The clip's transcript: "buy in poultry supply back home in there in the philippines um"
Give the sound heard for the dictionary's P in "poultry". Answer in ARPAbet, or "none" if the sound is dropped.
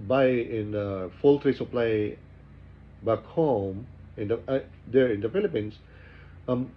F